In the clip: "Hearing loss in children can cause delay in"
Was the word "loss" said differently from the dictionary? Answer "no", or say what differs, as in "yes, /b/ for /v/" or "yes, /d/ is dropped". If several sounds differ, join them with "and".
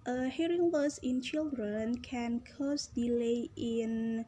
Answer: yes, /w/ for /l/